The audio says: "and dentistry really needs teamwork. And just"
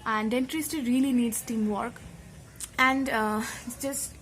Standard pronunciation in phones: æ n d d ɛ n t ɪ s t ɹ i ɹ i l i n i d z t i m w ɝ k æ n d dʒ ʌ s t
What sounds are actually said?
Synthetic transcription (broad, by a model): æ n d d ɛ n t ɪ s t i ɹ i l i n i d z t i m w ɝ k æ n d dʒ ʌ s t